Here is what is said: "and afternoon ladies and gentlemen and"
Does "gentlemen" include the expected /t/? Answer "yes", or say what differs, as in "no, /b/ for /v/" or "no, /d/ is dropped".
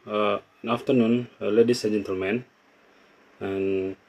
yes